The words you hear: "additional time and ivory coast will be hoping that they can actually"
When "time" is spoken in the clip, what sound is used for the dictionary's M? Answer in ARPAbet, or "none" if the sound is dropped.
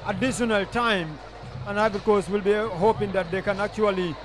M